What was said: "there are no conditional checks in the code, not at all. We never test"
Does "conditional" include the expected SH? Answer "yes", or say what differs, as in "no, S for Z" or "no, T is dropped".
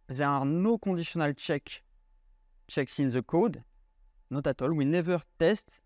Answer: no, S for SH